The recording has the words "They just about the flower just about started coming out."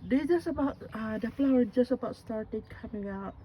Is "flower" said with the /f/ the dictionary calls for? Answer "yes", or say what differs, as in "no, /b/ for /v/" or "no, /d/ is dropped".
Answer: no, /p/ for /f/